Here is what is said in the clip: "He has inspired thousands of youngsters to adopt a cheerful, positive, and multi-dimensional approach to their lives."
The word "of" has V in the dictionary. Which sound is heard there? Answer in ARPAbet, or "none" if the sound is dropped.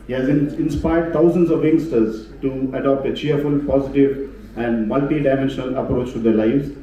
V